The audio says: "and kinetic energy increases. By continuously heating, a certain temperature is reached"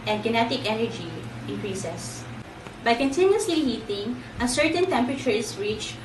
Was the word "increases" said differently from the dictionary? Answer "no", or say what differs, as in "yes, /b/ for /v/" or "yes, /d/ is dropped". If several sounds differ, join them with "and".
yes, /s/ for /z/